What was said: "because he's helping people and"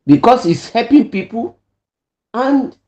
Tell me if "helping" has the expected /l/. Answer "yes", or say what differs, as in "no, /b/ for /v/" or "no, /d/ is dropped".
no, /l/ is dropped